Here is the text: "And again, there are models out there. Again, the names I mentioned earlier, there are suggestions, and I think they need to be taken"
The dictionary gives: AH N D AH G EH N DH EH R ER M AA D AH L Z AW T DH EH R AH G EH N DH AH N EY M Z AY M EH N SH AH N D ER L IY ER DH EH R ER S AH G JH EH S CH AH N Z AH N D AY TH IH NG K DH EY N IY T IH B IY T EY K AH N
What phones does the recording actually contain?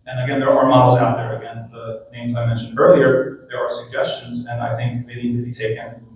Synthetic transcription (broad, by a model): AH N AH G EH N DH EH R ER M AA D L Z AW T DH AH R AH G EH N DH AH N EY M Z AY M EH N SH N D ER L IY ER DH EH R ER S AH G JH EH S CH AH N Z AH N AY TH IH NG K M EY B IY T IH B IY T EY K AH N